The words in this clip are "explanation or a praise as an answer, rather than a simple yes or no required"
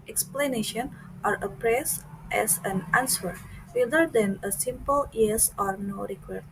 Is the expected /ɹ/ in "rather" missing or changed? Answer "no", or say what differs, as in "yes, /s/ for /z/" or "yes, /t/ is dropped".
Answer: yes, /w/ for /ɹ/